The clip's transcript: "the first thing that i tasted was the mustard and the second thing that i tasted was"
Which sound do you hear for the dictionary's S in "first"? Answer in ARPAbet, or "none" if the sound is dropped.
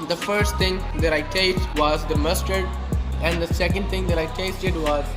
S